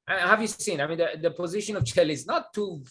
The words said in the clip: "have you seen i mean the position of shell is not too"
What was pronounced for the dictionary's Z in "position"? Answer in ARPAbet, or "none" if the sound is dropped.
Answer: Z